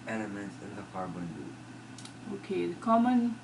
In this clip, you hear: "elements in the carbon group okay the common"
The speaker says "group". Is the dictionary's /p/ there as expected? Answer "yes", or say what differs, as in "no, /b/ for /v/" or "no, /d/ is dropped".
no, /p/ is dropped